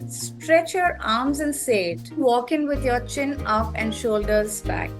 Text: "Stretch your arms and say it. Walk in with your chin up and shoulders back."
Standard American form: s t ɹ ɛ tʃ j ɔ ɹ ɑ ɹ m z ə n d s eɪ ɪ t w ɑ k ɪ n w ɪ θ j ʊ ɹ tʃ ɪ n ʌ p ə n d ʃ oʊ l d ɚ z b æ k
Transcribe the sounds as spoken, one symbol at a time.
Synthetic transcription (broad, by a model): s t ɹ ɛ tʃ j ɔ ɹ ɑ ɹ m z ə n d s eɪ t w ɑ k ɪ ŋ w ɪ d j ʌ ɹ tʃ ɪ n ʌ p ə n d ʃ oʊ l d ɚ z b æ k